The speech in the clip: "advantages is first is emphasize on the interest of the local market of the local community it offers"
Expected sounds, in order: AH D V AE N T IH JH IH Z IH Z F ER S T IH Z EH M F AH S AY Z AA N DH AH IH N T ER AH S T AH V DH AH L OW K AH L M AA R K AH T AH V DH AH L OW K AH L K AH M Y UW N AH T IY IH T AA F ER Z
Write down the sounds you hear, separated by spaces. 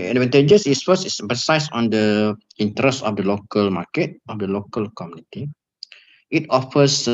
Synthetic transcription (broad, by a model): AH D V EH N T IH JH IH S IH S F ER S IH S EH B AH S AY S AA N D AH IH N T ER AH S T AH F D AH L OW K AH L M AA K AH T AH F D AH L OW K AH L K AH M Y UW N AH T IY IH T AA F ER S